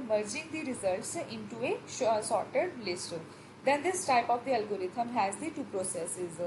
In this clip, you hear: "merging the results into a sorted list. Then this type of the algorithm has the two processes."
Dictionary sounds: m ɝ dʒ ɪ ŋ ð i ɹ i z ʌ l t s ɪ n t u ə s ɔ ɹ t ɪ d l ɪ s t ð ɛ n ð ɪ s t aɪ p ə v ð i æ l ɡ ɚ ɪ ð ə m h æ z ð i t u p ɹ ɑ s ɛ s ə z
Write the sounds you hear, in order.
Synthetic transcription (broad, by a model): m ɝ dʒ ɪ ŋ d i ɹ i z ʌ l t s ɪ n t u ə s ɔ ɹ t ɪ d l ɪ s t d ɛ n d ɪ s t aɪ p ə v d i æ l ɡ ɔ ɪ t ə m h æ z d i t u p ɹ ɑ s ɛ s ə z